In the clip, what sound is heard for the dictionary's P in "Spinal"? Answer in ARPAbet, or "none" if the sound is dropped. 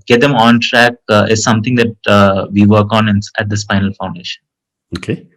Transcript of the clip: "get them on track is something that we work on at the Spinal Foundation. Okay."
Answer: F